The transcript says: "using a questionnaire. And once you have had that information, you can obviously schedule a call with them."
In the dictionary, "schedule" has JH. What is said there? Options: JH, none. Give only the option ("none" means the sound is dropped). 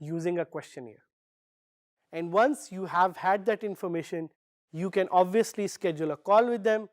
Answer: JH